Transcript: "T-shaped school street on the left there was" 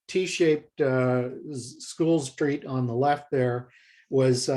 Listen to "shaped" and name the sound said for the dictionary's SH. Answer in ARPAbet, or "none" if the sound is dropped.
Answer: SH